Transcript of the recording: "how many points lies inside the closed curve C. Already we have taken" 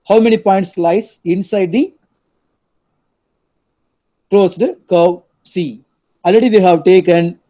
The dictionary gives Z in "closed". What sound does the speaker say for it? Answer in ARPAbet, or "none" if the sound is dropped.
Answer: S